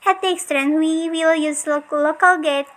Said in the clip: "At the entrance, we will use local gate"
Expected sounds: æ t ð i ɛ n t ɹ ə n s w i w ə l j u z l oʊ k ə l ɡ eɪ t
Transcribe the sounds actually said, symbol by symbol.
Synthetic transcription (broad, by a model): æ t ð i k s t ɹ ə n w i w ə l j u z l oʊ k ə l ɡ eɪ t